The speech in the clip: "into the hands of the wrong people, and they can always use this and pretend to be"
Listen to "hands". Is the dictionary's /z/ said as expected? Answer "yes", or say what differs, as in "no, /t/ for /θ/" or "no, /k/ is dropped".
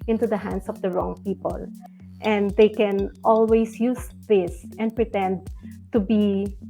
no, /s/ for /z/